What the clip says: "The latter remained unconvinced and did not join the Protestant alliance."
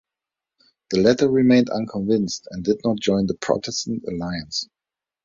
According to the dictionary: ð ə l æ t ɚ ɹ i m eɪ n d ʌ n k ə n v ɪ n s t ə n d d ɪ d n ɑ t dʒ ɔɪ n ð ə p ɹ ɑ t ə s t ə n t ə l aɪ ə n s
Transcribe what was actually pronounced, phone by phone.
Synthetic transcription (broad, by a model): ð ə l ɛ t ɚ ɹ i m eɪ n d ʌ n k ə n v ɪ n s t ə n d d ɪ d n ɑ t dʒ ɔɪ n ð ə p ɹ ɑ t ə s t ə n t ə l aɪ ə n s